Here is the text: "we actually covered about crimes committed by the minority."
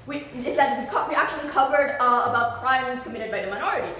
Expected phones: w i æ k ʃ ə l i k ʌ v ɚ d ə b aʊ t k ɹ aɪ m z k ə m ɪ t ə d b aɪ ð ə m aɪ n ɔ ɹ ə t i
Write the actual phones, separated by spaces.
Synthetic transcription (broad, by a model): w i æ k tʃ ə l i k ʌ v ɚ d ə b aʊ t k ɹ aɪ m z k ə m ɪ t ə d b aɪ ð ə m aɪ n ɔ ɹ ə t i